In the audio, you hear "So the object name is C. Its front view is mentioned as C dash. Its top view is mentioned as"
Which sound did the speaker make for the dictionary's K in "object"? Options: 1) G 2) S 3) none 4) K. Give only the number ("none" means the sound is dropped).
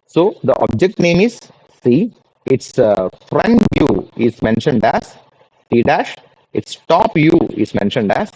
4